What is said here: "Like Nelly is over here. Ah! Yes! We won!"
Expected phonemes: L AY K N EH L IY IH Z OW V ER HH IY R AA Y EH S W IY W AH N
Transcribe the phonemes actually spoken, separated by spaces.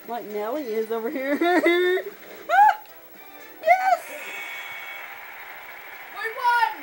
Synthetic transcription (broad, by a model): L AY K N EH L IY IH Z OW V ER HH IY R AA Y EH S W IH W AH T